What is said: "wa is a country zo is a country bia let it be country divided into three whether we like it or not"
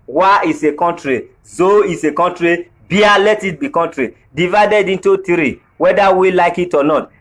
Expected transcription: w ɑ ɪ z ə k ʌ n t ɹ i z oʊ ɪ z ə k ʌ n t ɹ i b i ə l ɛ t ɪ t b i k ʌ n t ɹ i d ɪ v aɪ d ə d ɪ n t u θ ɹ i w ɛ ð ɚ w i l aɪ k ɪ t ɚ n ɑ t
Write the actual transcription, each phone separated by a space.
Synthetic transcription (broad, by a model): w ɑ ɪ s ə k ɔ n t ɹ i z oʊ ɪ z ə k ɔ n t ɹ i b i ə l ɛ t ɪ t b i k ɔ n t ɹ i d ɪ v aɪ d ə d ɪ n t u t ɹ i w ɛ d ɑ w i l aɪ k ɪ t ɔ n ɑ t